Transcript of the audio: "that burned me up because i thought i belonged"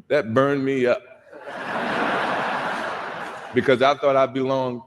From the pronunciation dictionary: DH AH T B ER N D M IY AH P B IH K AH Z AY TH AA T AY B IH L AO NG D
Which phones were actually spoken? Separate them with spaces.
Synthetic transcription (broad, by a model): DH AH T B ER N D M IY AH P B IH K AH Z AY TH AA T AY B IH L AO NG